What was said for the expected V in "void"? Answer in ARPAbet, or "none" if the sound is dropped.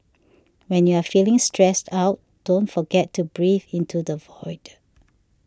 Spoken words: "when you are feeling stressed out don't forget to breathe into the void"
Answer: V